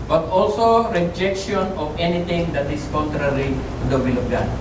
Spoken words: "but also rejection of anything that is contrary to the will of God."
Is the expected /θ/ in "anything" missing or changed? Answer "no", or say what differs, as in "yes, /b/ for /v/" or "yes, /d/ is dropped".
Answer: yes, /t/ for /θ/